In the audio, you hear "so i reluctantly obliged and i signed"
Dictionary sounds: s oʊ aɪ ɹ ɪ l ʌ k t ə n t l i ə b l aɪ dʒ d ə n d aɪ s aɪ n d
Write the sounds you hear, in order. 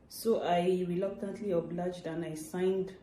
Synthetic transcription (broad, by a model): s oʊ aɪ ɹ ɪ l ʌ k t ə n t l i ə b l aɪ dʒ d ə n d aɪ s aɪ n d